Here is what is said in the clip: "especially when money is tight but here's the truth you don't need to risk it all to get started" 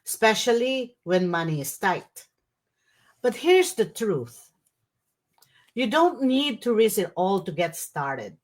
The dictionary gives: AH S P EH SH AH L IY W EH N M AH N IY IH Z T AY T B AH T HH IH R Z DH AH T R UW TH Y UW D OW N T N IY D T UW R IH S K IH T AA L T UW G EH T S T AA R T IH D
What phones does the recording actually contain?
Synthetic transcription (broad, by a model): S P EH SH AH L IY W EH N M AH N IY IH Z T AY T B AH T HH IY R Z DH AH T R UW TH Y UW D OW N T N IY D T UW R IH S IH T AA L T UW G EH T S T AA R T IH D